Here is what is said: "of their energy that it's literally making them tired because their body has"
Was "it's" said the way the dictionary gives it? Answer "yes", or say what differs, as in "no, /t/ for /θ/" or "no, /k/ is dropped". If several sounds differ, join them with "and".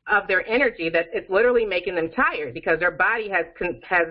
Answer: yes